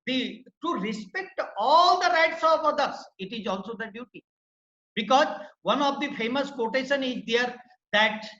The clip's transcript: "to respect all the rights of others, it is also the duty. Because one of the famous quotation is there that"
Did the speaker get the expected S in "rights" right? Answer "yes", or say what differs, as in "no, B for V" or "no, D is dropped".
yes